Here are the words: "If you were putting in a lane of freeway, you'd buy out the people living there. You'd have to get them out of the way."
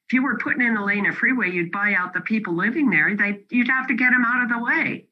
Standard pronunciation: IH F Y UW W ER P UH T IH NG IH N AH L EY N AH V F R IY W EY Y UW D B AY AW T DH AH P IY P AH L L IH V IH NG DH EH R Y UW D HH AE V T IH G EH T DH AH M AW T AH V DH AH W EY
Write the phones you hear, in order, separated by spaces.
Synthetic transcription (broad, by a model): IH F Y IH W ER P UH T IH NG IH N AH L EY N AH F R IY W EY Y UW D B AY AW T DH AH P IY P L L IH V IH NG DH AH R Y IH D HH AE F T IH G EH T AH M AW T AH V DH AH W EY